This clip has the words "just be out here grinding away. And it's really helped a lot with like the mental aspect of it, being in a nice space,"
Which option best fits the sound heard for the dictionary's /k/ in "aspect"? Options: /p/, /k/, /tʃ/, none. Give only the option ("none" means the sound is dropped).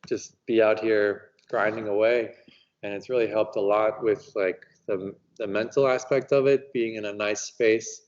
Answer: /k/